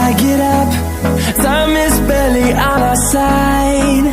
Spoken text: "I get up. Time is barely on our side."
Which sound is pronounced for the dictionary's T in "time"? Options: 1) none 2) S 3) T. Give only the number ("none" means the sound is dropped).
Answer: 2